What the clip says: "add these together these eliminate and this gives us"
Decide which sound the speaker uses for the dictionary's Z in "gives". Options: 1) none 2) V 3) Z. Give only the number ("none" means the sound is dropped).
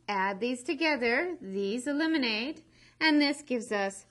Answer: 3